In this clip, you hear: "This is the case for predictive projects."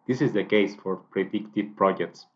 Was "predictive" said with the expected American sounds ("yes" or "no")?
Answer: yes